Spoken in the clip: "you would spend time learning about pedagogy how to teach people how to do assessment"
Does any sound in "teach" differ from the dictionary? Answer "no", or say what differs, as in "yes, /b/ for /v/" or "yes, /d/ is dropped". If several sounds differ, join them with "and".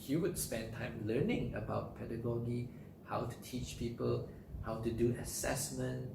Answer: no